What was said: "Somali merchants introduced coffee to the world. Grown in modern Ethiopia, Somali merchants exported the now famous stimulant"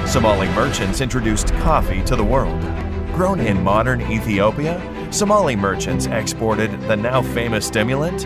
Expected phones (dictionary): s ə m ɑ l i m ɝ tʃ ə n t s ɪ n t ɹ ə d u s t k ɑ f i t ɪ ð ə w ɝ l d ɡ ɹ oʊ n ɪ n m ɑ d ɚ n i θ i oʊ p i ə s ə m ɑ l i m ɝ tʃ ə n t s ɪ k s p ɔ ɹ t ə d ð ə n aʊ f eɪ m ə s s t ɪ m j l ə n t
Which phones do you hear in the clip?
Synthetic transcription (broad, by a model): s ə m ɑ l i m ɝ tʃ ə n t s ɪ n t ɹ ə d u s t k ɑ f i t ɪ ð ə w ɝ l d ɡ ɹ oʊ n ɪ n m ɑ d ɚ n i θ i oʊ p i ə s ə m ɑ l i m ɝ tʃ ə n t s ɪ k s p ɔ ɹ t ə d ð ə n aʊ f eɪ m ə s s t ɪ m j l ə n t